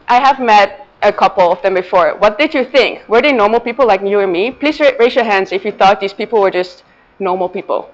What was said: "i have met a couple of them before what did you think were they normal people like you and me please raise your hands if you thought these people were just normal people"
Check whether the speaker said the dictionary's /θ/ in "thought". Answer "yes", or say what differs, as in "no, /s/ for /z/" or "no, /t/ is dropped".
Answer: yes